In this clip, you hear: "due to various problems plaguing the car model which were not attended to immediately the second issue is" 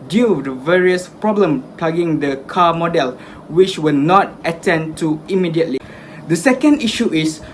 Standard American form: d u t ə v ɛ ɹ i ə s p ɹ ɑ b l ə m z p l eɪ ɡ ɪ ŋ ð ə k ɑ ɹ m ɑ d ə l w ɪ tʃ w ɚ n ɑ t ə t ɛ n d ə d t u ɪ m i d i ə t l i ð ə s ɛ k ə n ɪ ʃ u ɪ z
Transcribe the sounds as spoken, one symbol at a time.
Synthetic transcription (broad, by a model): d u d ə v ɛ ɹ i ə s p ɹ ɑ b l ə m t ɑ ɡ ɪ ŋ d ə k ɑ m ɑ d ə l w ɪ tʃ w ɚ n ɑ t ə t ɛ n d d t u ɪ m i d i ə t l i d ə s ɛ k ə n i ʃ u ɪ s